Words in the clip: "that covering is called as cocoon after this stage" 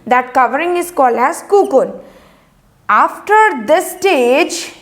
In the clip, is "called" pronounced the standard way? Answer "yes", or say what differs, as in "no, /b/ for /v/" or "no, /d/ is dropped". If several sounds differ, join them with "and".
no, /d/ is dropped